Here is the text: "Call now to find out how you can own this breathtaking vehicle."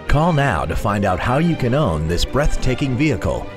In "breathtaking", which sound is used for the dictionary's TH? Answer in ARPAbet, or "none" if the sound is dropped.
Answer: TH